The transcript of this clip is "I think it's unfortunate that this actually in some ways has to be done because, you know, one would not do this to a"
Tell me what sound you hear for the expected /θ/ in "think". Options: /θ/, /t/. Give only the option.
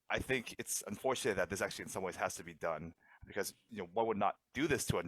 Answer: /θ/